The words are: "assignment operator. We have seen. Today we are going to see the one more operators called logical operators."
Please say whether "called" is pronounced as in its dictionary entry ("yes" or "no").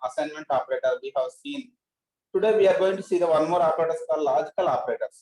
no